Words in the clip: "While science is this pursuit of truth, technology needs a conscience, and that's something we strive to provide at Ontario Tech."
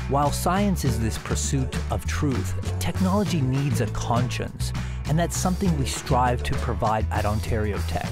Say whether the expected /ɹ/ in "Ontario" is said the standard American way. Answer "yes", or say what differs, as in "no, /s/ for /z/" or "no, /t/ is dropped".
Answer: yes